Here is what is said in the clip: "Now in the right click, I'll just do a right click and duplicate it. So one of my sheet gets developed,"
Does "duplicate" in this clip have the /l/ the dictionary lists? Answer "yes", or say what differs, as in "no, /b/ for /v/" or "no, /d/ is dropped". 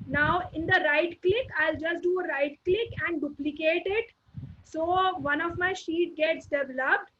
yes